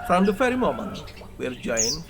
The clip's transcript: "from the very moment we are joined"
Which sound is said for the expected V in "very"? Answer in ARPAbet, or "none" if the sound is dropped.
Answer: F